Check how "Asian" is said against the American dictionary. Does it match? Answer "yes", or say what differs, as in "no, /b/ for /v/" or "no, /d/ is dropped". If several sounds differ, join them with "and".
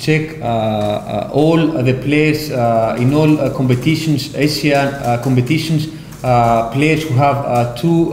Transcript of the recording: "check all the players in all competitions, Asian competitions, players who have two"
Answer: no, /s/ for /ʒ/